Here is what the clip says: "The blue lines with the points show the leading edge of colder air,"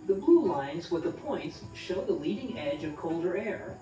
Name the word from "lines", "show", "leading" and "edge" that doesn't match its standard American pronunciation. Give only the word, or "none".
none